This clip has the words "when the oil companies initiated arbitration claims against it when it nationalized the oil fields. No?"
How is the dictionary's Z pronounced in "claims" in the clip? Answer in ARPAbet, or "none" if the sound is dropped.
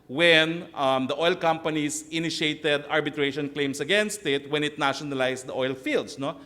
S